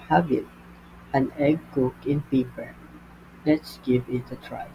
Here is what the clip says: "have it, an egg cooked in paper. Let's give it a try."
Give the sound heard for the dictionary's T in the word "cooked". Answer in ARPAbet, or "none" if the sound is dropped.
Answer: none